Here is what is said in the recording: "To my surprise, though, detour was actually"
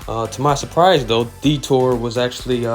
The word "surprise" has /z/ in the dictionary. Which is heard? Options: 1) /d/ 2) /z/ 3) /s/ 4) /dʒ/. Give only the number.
2